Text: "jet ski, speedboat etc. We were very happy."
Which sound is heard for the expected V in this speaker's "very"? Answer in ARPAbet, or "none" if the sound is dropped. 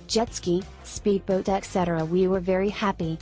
V